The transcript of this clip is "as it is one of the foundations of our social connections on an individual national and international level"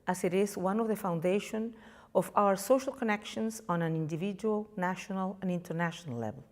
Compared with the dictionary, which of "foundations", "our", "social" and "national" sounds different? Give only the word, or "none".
foundations